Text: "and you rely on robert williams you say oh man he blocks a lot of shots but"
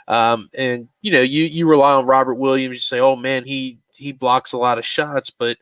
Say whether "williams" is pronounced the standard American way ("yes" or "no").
yes